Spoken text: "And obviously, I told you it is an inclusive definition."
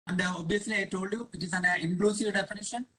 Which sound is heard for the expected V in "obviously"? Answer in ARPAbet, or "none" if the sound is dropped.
none